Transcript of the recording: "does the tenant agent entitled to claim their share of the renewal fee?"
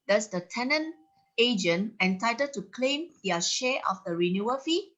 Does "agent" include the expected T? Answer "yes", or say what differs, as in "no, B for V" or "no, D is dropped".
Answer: no, T is dropped